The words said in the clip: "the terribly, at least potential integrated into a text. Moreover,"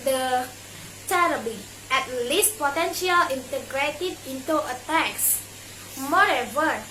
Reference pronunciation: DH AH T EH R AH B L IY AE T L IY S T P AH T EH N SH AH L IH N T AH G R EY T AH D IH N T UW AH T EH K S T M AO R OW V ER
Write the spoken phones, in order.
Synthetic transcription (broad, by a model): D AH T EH R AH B IY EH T L IY S T P AH T EH N SH AH L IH N T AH G R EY T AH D IH N T UW AH T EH K S M AO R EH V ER